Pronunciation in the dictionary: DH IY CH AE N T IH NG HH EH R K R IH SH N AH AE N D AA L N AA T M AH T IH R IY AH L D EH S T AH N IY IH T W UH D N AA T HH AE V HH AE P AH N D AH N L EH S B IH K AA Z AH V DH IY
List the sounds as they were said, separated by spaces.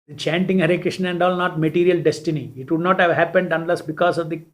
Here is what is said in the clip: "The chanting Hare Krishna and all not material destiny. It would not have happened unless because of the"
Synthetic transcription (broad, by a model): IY CH AE N T IH NG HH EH R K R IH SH N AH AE N D AA L N AA T M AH T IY R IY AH L D EH S T AH N IY IH T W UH D N AA T HH AE V HH AE P AH N D AH N L EH S B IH K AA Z AH V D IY